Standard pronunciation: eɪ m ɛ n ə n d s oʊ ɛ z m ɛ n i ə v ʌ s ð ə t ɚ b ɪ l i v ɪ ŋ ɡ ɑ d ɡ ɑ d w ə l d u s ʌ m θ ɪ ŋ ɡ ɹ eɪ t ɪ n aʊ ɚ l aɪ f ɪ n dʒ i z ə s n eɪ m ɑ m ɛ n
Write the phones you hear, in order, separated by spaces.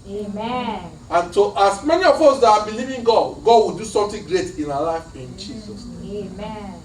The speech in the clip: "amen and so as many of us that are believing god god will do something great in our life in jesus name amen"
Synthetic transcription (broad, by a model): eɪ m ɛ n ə n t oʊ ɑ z m ɛ n i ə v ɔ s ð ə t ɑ b ɪ l i v ɪ ŋ ɡ ɑ d ɡ ɑ d w ə l d u s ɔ m t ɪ ŋ ɡ ɹ eɪ t ɪ n aʊ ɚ l aɪ f ɪ n dʒ i z ə s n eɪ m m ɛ